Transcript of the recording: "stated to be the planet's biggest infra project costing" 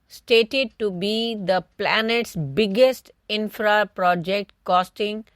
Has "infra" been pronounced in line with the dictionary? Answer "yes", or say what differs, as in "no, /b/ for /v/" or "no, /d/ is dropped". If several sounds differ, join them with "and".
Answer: yes